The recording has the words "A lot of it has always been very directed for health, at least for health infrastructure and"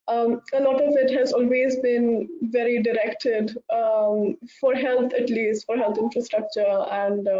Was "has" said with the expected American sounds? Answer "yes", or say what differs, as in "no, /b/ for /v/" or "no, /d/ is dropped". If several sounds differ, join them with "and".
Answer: yes